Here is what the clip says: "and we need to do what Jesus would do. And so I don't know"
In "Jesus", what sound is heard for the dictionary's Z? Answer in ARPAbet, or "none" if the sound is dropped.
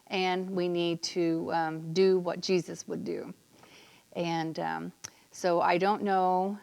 Z